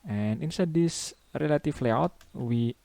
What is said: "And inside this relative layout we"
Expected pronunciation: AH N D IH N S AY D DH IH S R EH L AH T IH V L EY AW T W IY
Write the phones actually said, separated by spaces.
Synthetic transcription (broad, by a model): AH N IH N S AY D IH S R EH L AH T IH F L EY AW T W IY